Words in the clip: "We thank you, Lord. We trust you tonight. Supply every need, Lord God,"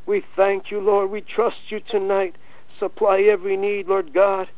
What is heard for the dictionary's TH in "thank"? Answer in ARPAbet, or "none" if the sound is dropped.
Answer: TH